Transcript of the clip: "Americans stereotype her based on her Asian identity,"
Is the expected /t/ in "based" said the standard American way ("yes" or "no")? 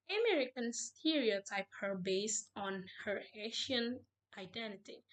yes